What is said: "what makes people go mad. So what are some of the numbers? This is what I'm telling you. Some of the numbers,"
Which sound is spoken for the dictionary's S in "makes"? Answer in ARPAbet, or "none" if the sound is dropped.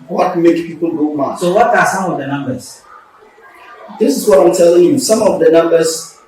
none